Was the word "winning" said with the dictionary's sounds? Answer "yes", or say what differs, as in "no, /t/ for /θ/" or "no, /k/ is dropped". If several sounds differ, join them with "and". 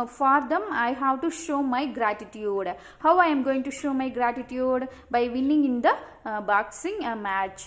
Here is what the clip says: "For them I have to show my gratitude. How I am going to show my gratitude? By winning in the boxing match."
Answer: no, /l/ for /n/